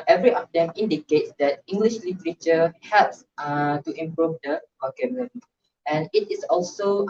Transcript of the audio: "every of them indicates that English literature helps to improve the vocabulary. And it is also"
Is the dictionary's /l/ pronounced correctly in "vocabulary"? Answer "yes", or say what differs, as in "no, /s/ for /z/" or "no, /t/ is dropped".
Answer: no, /n/ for /l/